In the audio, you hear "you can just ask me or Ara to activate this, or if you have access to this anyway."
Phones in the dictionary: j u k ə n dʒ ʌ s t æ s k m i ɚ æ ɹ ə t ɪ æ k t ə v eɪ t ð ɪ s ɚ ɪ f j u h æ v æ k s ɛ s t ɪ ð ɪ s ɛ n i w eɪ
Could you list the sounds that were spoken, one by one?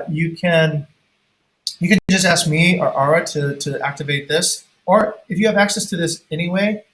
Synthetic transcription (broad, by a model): j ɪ k ə n dʒ ʌ s t æ s k m i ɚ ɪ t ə t ɪ æ k t ə v eɪ t ð ɪ s ɚ ɪ f j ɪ v æ k s ɛ s t ɪ ð ɪ s ɛ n i w eɪ